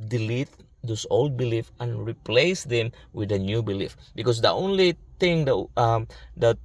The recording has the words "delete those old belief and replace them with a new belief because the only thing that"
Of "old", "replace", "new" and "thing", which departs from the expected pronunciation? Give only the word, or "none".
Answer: thing